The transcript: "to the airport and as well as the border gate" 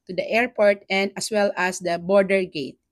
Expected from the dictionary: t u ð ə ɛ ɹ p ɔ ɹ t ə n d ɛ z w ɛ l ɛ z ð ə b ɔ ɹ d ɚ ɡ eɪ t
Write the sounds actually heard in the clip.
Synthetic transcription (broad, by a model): t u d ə ɛ ɹ p ɔ ɹ t ə n d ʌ s w ɛ l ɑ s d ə b ɔ ɹ d ɚ ɡ eɪ t